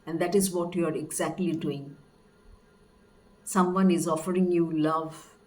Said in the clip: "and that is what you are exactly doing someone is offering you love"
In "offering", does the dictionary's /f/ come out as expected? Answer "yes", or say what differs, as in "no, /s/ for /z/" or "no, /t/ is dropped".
yes